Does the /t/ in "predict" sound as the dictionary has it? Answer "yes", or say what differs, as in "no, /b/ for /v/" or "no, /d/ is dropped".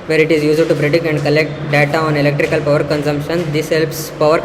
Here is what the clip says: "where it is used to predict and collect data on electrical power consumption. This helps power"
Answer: no, /t/ is dropped